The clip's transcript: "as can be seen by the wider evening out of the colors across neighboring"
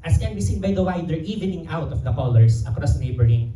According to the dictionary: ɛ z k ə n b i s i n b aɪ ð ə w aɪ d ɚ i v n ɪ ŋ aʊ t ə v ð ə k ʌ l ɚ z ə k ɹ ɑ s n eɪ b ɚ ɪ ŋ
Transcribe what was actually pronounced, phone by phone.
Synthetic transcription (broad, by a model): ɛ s k ə n b i s i n b aɪ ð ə w aɪ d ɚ i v n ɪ ŋ aʊ t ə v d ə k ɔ l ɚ s ə k ɹ ɑ s n eɪ b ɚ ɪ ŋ